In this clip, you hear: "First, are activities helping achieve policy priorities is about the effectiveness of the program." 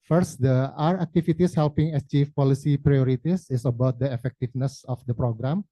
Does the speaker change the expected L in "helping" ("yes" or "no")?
no